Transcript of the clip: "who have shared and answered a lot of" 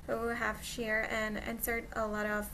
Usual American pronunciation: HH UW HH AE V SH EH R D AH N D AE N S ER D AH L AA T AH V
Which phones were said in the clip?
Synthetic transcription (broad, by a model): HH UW HH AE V SH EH R AH N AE N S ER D AH L AA T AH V